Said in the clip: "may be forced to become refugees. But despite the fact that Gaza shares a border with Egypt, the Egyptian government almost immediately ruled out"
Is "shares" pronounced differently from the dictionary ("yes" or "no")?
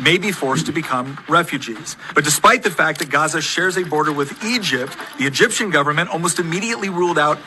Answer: no